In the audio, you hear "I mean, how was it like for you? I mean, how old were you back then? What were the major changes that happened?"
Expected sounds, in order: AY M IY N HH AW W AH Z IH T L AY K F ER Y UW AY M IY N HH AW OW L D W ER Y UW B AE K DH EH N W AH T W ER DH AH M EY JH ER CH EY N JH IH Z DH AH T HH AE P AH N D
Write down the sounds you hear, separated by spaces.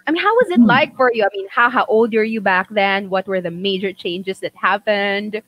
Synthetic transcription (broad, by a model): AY M IY N HH AW W AH Z IH T L AY K F ER Y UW AY M IY N HH AW OW L D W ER Y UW B AE K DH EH N W AH T W ER DH AH M EY JH ER CH EY N JH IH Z DH AH T HH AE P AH N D